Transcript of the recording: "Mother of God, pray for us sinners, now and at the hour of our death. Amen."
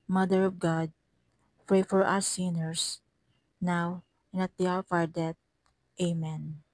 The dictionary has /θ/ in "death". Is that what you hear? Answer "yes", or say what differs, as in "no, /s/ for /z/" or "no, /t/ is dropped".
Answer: no, /t/ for /θ/